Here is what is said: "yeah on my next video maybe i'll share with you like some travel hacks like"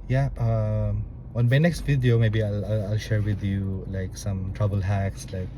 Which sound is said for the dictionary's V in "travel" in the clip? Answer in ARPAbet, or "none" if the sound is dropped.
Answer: B